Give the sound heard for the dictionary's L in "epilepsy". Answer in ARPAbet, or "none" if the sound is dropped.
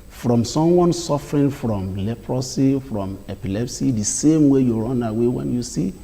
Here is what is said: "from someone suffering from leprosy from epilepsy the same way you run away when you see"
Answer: L